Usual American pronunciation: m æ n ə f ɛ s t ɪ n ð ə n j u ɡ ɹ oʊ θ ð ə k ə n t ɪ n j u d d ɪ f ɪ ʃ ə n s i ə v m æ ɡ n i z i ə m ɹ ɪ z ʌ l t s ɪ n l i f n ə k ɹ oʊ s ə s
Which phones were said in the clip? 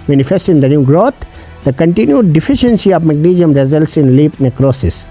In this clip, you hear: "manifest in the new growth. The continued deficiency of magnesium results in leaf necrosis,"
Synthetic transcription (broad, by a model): m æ n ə f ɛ s t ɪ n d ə n j u ɡ ɹ oʊ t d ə k ə n t ɪ n j u d d ɪ f ɪ ʃ ə n s i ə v m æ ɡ n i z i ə m ɹ ɪ z ʌ l t s ɪ n l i p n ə k ɹ oʊ s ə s